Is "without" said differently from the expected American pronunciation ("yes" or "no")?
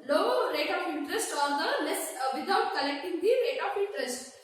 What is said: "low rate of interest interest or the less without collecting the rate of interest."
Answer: yes